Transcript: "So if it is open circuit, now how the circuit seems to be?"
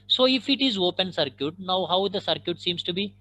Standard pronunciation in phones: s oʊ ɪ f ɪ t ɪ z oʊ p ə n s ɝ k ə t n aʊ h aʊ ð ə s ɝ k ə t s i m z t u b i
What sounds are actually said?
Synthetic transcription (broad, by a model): s oʊ ɪ f ɪ t ɪ z oʊ p ə n s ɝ k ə t n aʊ h aʊ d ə s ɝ k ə t s i m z t u b i